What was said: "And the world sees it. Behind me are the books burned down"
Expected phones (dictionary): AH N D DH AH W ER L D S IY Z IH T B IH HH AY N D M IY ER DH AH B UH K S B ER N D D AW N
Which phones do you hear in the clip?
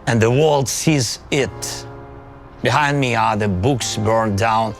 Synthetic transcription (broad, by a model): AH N DH AH W ER L D S IY Z IH T B IH HH AY N D M IY ER DH AH B UH K S B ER N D D AW N